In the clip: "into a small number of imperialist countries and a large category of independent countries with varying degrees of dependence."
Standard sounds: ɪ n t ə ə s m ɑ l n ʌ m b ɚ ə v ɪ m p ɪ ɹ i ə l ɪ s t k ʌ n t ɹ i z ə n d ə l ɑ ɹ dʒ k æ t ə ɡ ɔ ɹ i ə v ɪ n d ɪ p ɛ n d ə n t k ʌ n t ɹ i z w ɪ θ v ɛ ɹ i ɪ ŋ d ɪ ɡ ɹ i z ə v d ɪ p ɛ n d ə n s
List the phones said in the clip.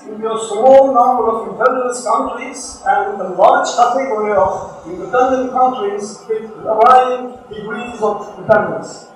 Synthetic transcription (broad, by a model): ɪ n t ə ə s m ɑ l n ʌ m b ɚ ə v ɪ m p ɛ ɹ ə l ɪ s k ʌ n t ɹ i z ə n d ə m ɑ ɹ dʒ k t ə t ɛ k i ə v ɪ n d ɪ p ɛ n d ə n t k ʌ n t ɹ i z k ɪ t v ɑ i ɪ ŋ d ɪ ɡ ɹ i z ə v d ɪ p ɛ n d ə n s